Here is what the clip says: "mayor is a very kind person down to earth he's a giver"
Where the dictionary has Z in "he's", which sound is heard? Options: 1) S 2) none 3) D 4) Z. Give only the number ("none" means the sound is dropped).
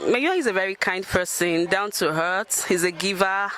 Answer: 4